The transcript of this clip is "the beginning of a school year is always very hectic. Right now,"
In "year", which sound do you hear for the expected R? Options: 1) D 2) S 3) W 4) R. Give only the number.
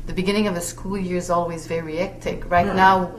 4